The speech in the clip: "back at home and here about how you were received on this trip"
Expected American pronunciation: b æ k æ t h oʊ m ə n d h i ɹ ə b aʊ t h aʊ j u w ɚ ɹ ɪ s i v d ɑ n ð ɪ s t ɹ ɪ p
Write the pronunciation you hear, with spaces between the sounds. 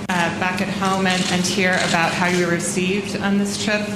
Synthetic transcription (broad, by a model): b æ k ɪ t h oʊ m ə n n h i ɹ ə b aʊ t h aʊ j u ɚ ɹ ɪ s i v d n ð ɪ s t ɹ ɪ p